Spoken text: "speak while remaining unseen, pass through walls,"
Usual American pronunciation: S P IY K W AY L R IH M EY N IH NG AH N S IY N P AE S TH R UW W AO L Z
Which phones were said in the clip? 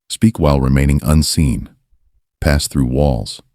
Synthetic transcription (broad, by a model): S P IY K W AY L R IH M EY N IH NG AH N S IY N P AE S TH R UW W AO L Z